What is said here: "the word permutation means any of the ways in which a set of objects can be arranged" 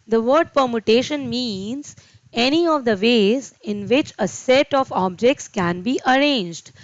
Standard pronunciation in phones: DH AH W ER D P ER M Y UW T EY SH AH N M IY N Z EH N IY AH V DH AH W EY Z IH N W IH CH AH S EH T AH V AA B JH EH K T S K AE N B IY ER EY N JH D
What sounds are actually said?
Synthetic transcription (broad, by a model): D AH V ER D P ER M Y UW T EY SH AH N M IY N Z EH N IY AH V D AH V EY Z IH N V IH CH AH S EH T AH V AA B JH EH K T S K AE N B IY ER EY N JH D